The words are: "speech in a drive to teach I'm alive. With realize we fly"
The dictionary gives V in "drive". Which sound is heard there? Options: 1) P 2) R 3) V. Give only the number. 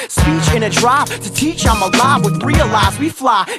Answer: 1